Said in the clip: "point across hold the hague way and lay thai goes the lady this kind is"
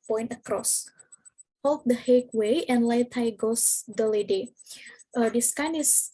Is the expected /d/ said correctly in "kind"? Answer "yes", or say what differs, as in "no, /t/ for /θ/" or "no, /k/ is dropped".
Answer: no, /d/ is dropped